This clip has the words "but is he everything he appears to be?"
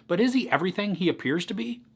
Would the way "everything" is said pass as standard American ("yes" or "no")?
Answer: yes